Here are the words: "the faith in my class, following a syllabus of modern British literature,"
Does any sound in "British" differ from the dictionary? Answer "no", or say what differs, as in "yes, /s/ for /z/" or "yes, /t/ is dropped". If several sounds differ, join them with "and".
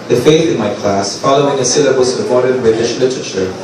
no